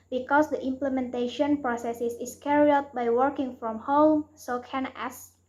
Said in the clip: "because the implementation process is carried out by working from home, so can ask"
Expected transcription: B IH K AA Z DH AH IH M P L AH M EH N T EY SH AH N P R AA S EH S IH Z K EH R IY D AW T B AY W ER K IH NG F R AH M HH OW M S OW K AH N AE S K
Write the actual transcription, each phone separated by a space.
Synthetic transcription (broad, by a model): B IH K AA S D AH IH M P L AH M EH N T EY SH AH N P R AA S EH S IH S K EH R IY AW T B AY W ER K IH NG F R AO M HH OW M S OW K AH N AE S